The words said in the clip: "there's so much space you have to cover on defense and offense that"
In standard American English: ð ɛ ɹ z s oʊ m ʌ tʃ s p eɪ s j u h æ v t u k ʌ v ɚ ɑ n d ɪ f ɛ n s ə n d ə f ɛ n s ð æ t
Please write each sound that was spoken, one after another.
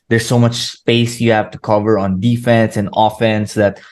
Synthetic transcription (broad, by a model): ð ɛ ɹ s oʊ m ʌ tʃ s p eɪ s j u h æ v t u k ʌ v ɚ ɑ n d ɪ f ɛ n s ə n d ə f ɛ n s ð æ t